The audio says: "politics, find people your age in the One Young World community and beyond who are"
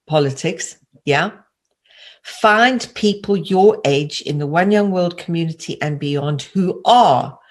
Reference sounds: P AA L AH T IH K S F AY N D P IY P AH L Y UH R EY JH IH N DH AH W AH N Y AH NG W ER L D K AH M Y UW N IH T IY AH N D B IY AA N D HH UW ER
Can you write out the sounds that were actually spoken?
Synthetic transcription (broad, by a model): P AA L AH T IH K S F AY N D P IY P AH L Y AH R EY JH IH N DH AH W AH N Y AH NG W ER L D K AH M Y UW N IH T IY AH N B IY AA N D HH UW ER